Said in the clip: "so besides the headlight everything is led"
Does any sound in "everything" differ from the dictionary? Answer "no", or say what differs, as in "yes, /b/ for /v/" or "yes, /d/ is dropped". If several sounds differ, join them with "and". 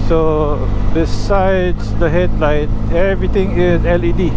yes, /t/ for /θ/